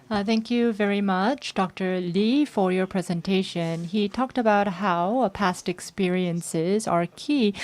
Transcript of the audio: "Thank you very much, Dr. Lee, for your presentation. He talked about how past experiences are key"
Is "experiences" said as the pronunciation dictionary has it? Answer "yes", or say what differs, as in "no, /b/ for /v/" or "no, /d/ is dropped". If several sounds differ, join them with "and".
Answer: yes